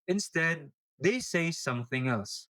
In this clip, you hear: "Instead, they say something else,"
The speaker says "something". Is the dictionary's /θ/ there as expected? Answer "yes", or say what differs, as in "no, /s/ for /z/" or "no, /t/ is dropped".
yes